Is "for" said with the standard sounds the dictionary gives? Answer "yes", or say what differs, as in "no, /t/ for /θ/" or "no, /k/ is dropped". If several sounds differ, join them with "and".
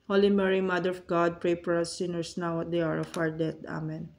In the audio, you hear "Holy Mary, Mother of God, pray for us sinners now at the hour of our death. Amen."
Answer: no, /p/ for /f/